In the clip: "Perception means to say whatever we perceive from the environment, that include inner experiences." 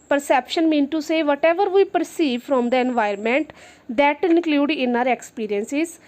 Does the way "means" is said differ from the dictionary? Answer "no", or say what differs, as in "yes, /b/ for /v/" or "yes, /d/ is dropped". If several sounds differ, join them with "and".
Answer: yes, /z/ is dropped